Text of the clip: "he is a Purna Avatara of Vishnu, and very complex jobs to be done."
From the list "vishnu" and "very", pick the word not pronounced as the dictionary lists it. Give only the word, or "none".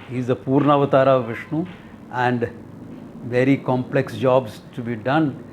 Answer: none